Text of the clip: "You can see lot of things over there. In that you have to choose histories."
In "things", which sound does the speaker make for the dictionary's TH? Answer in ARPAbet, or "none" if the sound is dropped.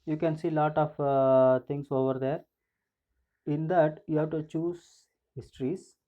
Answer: T